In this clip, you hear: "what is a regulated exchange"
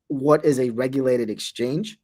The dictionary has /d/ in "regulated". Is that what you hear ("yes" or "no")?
yes